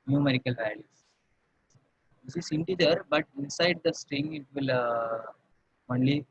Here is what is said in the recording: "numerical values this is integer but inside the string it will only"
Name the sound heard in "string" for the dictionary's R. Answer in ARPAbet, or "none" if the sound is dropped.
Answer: R